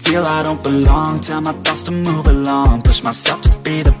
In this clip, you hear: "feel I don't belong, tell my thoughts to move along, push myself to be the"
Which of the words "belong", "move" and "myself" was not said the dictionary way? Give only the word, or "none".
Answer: myself